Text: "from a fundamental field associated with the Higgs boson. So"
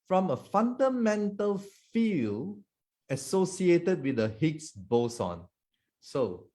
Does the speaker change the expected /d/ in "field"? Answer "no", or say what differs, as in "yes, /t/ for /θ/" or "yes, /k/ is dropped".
yes, /d/ is dropped